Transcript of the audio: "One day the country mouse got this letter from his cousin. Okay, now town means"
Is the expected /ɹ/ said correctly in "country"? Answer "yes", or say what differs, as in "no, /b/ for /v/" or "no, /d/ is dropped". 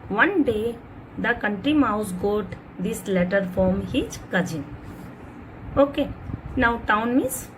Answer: yes